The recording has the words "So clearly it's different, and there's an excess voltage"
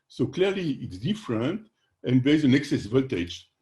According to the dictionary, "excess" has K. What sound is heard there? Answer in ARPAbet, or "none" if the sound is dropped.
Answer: K